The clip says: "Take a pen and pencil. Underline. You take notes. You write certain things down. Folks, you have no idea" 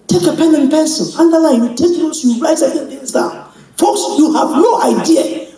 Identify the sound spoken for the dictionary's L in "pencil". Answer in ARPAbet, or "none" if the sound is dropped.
N